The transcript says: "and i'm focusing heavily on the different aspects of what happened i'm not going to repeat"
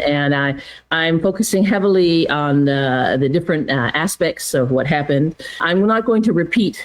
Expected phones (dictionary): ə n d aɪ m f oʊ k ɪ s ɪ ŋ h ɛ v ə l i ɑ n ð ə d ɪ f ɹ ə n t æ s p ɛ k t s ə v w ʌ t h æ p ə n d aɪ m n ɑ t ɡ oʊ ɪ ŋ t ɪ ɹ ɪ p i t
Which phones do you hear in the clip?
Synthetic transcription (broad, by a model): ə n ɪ aɪ m f oʊ k ɪ s ɪ ŋ h ɛ v l i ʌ n ð ə d ɪ f ɹ ə n t æ s p ɛ k t s ə v w ʌ t h æ p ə n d aɪ m n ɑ t ɡ oʊ ɪ ŋ t ɪ ɹ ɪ p i t